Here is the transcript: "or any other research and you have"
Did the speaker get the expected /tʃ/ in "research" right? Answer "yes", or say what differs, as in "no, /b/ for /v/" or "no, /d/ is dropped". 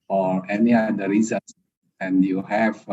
no, /s/ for /tʃ/